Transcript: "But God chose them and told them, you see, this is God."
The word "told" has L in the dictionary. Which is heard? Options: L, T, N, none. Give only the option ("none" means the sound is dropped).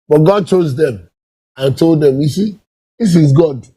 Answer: L